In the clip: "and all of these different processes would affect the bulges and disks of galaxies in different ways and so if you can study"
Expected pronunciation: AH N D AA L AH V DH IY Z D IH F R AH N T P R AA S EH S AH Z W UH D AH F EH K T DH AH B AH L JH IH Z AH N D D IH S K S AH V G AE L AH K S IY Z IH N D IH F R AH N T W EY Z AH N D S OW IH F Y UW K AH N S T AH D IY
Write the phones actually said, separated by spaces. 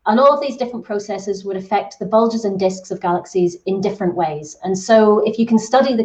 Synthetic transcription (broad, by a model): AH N AA L AH V DH IY Z D IH F R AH N P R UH S EH S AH Z W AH D AH F EH K T DH AH B AH L JH IH Z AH N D D IH S K S AH V G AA L AH K S IY Z IH N D IH F R AH N T W EY Z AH N S OW IH F Y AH K AH N S T AH D IY